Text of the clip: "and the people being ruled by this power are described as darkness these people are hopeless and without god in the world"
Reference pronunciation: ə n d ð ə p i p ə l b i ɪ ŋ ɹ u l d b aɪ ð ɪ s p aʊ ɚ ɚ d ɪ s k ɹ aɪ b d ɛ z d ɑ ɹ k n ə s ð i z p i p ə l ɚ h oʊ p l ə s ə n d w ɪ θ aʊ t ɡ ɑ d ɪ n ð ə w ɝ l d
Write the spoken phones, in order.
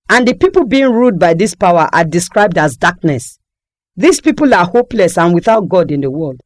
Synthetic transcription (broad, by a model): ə n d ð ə p i p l b i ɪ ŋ ɹ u d b aɪ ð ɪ s p aʊ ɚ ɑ d ɪ s k ɹ aɪ b d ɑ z d ɑ k n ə s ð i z p i p ə l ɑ h oʊ p l ə s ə n w ɪ θ aʊ t ɡ ɑ d ɪ n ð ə w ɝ l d